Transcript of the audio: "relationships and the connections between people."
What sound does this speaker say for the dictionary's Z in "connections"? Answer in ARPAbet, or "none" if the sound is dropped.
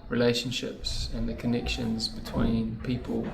Z